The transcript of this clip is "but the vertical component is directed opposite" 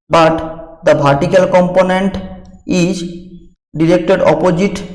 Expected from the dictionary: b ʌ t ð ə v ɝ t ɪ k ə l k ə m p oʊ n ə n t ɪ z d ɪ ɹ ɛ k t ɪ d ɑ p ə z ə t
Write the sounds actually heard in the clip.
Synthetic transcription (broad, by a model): b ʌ t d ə b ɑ t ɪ k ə l k ə m p oʊ n ə n t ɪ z d ɪ ɹ ɛ k t ɪ d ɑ p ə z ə t